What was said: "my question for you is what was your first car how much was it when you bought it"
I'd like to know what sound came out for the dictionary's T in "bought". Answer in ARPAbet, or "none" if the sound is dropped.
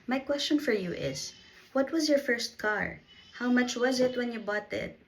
T